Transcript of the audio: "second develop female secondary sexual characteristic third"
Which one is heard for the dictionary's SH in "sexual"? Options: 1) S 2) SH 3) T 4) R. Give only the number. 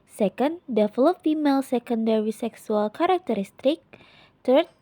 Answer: 1